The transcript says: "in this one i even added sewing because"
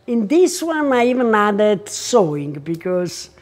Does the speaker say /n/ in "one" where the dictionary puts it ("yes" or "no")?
yes